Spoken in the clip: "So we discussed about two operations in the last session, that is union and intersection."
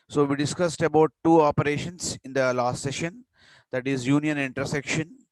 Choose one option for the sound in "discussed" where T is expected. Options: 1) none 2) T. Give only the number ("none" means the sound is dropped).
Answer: 2